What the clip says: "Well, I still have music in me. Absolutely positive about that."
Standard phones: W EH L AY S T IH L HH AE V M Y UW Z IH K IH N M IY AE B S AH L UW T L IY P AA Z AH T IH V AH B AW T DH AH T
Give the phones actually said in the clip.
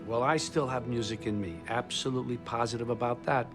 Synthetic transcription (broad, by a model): W EH L AY S T IH L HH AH V M Y UW Z IH K IH N M IY AE B S AH L UW T L IY P AA Z AH T IH V AH B AW T DH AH T